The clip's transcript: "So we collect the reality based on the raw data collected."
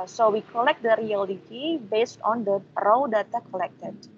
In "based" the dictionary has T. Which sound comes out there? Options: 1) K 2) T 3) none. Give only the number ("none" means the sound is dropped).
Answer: 2